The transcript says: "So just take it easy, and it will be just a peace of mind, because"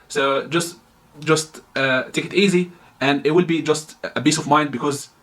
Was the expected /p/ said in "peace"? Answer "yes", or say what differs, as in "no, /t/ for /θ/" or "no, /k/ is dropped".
no, /b/ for /p/